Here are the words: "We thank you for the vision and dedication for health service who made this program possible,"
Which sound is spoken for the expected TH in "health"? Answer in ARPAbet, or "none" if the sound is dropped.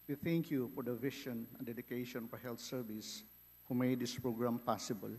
T